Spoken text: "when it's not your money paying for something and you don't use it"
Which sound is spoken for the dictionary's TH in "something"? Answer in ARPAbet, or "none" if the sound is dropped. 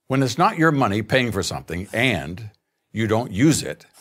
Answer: TH